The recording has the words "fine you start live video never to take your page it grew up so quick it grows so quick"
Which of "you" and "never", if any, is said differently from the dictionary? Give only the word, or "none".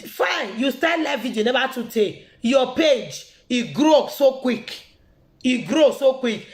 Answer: never